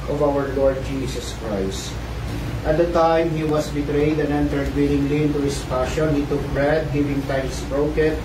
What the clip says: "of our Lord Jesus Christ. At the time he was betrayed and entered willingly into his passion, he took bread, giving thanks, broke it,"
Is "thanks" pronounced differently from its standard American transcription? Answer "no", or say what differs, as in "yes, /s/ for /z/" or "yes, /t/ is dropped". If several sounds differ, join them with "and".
yes, /t/ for /θ/